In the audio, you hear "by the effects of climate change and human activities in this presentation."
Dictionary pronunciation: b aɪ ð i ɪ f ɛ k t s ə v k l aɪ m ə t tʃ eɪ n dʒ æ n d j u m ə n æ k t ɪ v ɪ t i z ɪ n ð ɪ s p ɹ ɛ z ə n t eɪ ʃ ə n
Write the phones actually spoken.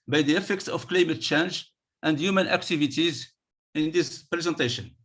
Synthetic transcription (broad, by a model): b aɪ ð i ɪ f ɛ k t s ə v k l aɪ m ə t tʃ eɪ n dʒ æ n d j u m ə n æ k t ɪ v ɪ t i z ɪ n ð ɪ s p ɹ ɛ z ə n t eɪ ʃ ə n